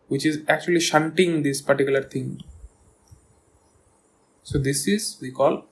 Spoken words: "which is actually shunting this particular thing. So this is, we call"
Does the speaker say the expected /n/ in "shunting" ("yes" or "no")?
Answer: yes